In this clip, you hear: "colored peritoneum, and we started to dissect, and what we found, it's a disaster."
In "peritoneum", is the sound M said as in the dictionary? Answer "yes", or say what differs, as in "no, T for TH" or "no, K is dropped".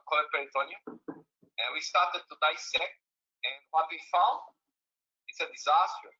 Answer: no, M is dropped